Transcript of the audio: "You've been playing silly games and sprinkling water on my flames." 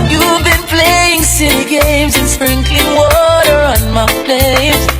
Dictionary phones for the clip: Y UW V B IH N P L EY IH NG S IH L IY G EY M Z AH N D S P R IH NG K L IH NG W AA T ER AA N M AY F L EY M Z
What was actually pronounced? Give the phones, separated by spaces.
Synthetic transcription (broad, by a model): Y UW V B IH N P L EY IH NG S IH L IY G EY M Z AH N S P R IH NG K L IH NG W AA T ER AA N M AY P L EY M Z